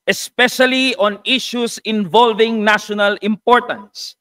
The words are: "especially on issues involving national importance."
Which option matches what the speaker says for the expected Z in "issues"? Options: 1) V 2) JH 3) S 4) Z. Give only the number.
3